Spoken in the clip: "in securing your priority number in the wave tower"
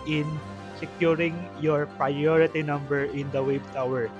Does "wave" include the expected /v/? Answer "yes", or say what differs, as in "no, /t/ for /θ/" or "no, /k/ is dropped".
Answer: no, /b/ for /v/